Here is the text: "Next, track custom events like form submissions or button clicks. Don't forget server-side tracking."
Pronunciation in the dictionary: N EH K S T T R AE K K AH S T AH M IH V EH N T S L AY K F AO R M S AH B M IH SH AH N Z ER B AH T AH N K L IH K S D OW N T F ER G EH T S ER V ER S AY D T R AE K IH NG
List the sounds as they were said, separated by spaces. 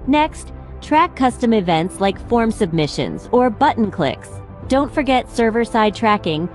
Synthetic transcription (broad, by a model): N EH K S T T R AE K K AH S T AH M IH V EH N T S L AY K F AO R M S AH B M IH SH AH N Z ER B AH T N K L IH K S D OW N T F ER G EH T S ER V ER S AY D T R AE K IH NG